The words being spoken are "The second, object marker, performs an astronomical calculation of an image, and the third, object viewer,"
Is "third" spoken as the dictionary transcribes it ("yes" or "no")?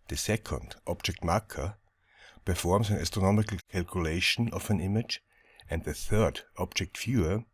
yes